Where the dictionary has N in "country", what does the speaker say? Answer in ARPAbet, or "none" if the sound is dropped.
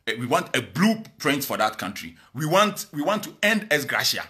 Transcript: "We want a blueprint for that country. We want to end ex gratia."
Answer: N